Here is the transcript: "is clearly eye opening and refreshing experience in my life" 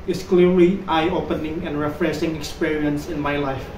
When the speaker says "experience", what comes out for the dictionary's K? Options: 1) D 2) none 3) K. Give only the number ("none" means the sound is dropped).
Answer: 3